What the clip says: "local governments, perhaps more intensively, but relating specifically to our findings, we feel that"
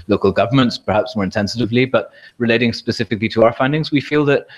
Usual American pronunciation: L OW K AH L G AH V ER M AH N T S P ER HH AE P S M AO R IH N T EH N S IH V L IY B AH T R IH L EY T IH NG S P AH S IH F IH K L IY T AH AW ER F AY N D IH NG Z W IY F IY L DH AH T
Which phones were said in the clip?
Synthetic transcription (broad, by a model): L OW K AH L G AH V ER M AH N T S P ER HH AE P S M AO R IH N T EH N S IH V L IY B AH T R IH L EY T IH NG S P AH S IH F IH K L IY T AH AW ER F AY N D IH NG Z W IY F IY L DH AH T